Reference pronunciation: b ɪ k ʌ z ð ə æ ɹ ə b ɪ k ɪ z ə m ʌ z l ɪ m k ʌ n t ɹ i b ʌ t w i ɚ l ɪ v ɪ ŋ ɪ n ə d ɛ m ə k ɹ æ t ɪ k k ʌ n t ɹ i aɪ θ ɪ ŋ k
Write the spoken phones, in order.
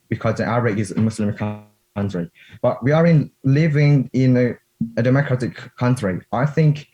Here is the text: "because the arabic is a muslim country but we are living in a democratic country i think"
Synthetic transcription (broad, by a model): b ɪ k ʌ z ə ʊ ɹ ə ɪ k ɪ z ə m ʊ s l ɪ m k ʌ n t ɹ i b ʌ t w i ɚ l ɪ v ɪ ŋ ɪ n ə d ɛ m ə k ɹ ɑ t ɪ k k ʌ n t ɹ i aɪ θ ɪ ŋ k